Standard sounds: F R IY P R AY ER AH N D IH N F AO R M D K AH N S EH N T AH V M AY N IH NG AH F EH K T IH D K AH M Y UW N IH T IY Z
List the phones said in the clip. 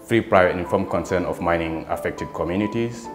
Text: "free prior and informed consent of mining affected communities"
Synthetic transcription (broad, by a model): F R IY P R AY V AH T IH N F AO M K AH N S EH N AH F M AY N IH NG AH F EH K T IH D K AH M Y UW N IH T IY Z